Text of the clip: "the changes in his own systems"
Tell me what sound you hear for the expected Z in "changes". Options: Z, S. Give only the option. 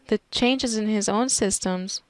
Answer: Z